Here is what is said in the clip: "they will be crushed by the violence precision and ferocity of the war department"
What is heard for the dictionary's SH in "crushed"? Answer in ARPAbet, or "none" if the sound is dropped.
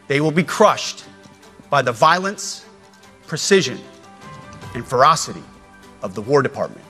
SH